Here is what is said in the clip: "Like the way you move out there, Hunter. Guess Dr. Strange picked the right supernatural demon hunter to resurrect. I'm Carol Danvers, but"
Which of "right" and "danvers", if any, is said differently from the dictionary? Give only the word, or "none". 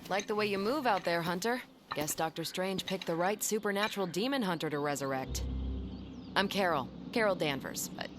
none